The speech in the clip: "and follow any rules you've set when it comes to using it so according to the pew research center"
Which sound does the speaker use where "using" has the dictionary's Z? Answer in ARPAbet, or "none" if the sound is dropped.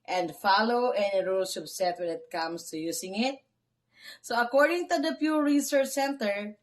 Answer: S